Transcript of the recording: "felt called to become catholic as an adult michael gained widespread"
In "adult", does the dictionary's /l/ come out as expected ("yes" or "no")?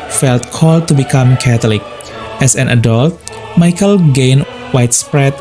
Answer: yes